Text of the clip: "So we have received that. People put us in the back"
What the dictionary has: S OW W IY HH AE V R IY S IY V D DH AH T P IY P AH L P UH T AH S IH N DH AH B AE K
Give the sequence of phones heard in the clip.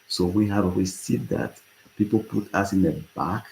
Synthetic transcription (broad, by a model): S OW W IY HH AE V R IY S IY D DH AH T P IY P AH L P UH T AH S IH N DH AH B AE K